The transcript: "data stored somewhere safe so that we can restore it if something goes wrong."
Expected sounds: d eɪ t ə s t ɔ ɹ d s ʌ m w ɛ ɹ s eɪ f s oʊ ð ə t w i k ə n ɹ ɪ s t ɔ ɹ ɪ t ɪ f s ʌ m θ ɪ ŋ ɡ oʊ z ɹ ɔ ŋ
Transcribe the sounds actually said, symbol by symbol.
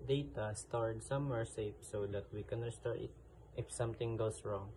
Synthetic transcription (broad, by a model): d eɪ t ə s t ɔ ɹ d s ʌ m w ɛ ɹ s eɪ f s oʊ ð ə t w i k ə n ɹ ɪ s t ɔ ɹ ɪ t ɪ f s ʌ m t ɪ ŋ ɡ oʊ s ɹ ɔ ŋ